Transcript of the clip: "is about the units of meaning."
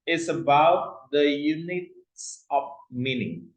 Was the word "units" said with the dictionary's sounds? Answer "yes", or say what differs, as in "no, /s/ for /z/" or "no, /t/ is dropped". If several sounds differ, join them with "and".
yes